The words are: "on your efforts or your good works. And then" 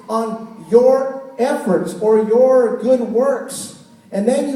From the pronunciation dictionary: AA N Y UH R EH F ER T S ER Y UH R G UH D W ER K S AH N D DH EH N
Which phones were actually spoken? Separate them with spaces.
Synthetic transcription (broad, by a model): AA N Y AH R EH F ER T S ER Y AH R G UH D W ER K S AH N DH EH N